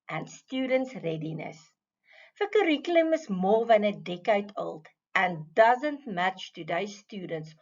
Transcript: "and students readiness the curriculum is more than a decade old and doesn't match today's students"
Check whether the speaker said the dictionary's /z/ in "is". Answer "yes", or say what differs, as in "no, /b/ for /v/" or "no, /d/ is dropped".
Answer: no, /s/ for /z/